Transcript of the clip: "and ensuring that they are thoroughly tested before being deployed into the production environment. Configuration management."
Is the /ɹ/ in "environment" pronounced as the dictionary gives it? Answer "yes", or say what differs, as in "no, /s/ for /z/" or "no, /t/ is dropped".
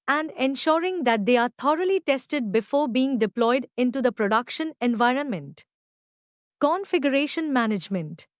yes